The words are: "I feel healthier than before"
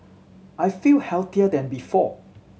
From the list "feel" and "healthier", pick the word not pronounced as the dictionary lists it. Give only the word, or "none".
healthier